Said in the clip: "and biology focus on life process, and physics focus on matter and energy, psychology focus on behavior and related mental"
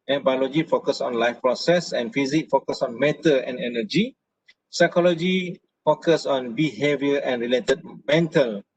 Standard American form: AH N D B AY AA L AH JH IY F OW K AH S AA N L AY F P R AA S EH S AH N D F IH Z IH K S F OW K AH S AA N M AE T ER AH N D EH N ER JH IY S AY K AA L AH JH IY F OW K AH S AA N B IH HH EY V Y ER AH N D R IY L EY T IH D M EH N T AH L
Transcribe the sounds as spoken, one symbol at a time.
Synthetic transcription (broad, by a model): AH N B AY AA L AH JH IY F OW K AH S AA N L AY F P R AA S EH S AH N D F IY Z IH K F OW K AH S AA N M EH T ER AH N D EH N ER JH IY S AY K AA L AH JH IY F OW K AH S AA N B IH HH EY V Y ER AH N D R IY L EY T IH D M EH N T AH L